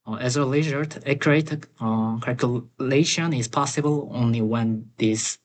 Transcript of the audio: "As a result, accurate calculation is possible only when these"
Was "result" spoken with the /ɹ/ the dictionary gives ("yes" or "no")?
no